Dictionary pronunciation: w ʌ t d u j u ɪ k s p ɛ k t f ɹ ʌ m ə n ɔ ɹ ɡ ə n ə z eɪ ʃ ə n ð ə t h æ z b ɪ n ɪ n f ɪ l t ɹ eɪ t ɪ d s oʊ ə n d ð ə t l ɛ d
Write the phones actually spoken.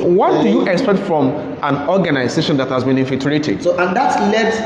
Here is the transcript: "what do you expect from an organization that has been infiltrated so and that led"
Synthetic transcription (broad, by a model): w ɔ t d u j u ɪ k s p ɛ k t f ɹ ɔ m ə n ɔ ɡ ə n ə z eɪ ʃ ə n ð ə t h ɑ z b ɪ n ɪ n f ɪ t ɹ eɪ t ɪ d s oʊ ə n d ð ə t l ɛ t